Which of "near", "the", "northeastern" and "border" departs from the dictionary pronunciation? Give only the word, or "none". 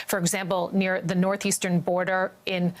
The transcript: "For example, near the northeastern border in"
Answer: none